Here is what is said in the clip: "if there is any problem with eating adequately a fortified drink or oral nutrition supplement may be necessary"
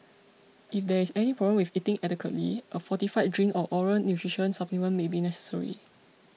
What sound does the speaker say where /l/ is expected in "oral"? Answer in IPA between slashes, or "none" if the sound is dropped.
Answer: /n/